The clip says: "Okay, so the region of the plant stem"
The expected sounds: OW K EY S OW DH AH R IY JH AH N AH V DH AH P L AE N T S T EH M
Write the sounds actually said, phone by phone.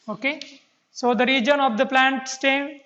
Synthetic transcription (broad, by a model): OW K EY S OW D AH R IY JH AH N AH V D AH P L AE N T S T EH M